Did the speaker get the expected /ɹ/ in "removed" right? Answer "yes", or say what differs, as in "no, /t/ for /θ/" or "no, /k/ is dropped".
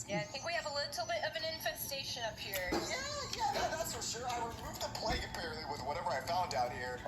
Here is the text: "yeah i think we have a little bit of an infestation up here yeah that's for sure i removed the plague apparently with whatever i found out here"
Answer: no, /w/ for /ɹ/